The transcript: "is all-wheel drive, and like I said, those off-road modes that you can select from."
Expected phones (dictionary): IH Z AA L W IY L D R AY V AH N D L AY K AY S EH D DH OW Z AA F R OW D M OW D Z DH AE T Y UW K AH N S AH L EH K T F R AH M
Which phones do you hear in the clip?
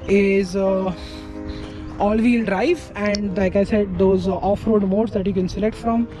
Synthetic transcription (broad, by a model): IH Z AA L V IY L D R AY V AH N D L AY K AY S EH D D OW Z AA F R OW D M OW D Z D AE T Y UW K AH N S AH L EH K T F R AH M